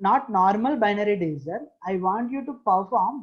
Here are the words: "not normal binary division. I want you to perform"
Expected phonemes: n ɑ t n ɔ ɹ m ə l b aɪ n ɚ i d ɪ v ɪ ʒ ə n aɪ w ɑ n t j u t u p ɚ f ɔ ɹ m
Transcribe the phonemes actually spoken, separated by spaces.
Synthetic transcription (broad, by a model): n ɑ t n ɔ ɹ m ə l b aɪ n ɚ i d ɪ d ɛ s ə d aɪ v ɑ n t j u t u p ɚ f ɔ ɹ m